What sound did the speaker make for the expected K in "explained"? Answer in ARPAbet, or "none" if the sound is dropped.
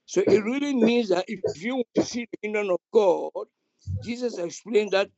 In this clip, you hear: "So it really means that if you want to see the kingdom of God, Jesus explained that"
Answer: K